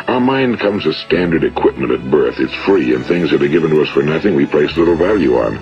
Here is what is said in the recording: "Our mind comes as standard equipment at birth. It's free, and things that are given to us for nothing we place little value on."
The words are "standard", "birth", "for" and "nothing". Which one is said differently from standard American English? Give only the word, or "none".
none